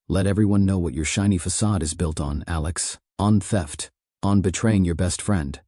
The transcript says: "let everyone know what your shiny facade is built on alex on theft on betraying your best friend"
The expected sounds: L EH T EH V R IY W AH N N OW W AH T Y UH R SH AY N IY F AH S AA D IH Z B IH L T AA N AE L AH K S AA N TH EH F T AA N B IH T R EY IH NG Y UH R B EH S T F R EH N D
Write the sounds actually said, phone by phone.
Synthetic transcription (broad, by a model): L EH T EH V R IY W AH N N OW W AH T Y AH R SH AY N IY F AH S AA D IH Z B IH L T N AE L AH K S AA N TH EH F T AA N B IH T R EY IH NG Y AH R B EH S T F R EH N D